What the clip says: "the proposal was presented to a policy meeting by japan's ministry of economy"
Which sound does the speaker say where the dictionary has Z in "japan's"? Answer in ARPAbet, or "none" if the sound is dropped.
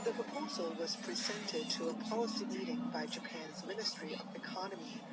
Z